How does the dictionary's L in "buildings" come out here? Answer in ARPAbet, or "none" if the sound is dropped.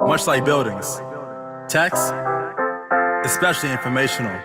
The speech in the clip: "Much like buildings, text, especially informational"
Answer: L